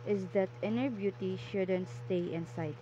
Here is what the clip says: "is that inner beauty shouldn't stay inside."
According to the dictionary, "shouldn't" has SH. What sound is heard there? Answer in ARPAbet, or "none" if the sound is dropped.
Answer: SH